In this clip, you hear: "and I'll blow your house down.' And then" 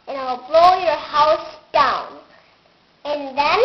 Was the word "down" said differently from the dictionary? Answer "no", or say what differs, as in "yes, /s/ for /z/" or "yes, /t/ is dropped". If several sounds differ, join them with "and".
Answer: no